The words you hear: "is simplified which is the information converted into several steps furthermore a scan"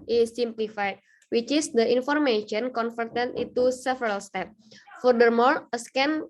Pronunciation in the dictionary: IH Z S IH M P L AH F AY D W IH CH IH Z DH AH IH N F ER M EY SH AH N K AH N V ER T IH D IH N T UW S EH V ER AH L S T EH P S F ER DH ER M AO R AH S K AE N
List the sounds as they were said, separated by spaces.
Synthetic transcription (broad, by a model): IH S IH M P L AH F AY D W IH CH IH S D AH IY N F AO M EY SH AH N K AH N F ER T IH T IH T UW S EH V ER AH L S T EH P F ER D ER M AO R AH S K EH N